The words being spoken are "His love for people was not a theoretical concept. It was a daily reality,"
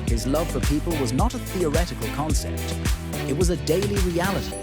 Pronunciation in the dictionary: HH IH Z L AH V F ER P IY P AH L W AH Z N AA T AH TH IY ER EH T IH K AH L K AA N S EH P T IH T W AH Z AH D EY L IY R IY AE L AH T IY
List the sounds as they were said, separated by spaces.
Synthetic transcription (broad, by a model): HH IH Z L AH V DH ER P IY P AH L W AH Z N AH T AH TH IY ER EH T IH K AH L K AA N S EH P T IH T W AH Z AH D EY L IY R IY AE L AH T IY